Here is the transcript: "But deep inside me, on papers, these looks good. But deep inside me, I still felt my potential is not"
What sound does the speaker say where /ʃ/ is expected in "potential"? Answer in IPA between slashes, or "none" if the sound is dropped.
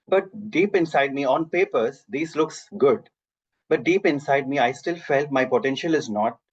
/ʃ/